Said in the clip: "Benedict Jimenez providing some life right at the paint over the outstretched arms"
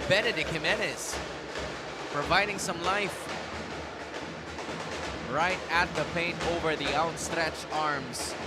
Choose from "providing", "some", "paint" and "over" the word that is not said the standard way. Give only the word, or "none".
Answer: none